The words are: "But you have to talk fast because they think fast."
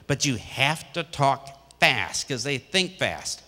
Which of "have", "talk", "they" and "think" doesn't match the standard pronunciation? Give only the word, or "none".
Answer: have